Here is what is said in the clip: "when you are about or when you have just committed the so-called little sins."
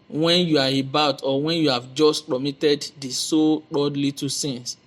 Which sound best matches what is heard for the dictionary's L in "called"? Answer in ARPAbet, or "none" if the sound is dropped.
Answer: none